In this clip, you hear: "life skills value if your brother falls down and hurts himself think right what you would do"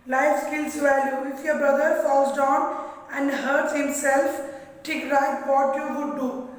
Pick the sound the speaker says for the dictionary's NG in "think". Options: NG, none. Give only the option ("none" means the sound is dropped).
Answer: none